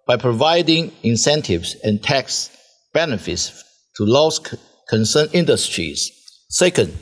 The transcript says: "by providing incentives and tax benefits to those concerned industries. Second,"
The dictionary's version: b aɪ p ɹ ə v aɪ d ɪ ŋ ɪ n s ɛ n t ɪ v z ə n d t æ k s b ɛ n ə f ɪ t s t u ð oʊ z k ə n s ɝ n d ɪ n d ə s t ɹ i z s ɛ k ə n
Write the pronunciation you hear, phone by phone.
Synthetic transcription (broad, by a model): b aɪ p ɹ ə v aɪ d ɪ ŋ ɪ n s ɛ n t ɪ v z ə n t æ k s b ɛ n ə f ɪ t s t u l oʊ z k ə n s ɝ n ɪ n d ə s t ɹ i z s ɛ k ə n